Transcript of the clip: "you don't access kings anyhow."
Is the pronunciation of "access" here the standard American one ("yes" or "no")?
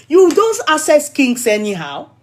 no